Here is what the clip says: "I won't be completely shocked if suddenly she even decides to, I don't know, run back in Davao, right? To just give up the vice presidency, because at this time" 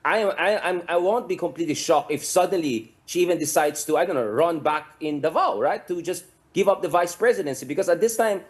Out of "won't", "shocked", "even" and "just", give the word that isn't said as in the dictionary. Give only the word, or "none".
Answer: shocked